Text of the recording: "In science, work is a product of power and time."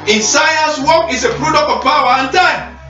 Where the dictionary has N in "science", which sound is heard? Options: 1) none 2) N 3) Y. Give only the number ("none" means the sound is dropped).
1